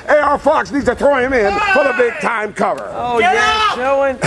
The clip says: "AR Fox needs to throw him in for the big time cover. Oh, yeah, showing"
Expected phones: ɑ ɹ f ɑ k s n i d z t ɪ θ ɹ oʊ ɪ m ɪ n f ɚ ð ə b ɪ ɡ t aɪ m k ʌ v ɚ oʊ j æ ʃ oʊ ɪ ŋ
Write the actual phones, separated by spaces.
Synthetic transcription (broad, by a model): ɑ ɹ f ɑ k s n i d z t ɪ θ ɹ oʊ ɪ m ɪ n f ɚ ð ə b ɪ ɡ t aɪ m k ʌ v ɚ oʊ j æ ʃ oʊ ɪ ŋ